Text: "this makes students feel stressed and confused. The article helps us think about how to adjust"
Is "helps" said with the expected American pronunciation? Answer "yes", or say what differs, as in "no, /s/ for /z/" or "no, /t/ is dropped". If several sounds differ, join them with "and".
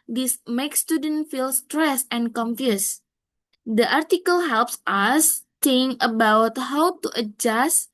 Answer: yes